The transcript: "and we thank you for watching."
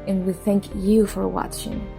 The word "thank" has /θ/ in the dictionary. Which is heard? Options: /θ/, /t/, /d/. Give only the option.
/θ/